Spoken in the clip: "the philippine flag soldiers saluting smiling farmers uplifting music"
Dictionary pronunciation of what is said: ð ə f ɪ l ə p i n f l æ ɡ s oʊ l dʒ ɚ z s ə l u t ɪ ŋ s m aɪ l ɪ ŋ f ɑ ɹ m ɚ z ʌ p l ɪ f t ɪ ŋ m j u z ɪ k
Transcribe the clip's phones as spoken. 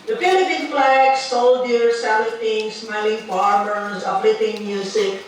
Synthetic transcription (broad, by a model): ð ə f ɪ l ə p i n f l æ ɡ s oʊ l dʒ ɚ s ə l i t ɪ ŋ s m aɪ l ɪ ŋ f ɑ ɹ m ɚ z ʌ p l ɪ t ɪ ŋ m j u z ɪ k